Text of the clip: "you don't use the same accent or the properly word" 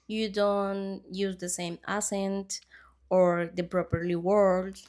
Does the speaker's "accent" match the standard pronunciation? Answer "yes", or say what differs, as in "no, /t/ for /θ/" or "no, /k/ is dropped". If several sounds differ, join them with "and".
no, /k/ is dropped